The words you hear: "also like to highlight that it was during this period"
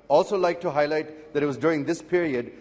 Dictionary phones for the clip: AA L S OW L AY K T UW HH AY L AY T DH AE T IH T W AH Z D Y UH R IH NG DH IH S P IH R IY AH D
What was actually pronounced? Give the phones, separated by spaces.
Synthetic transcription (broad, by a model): AA L S OW L AY K T UW HH AY L AY T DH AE T IH T W AH Z D Y UH R IH NG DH IH S P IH R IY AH D